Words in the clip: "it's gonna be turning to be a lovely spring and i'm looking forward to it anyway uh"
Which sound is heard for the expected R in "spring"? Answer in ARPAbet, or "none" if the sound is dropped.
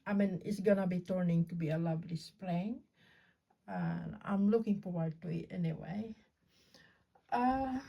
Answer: L